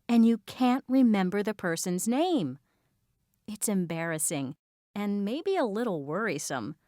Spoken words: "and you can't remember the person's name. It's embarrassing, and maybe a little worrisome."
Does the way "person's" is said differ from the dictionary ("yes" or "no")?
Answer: no